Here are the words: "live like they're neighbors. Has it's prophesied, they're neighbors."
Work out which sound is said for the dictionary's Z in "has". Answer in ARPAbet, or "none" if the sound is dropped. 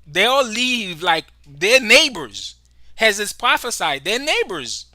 Z